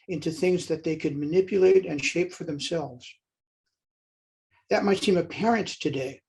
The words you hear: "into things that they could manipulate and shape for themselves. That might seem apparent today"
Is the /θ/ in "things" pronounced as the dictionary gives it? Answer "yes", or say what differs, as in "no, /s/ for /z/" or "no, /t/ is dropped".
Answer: yes